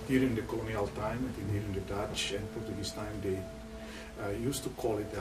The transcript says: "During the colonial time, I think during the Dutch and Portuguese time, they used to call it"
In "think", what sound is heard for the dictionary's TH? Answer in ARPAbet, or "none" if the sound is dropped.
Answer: T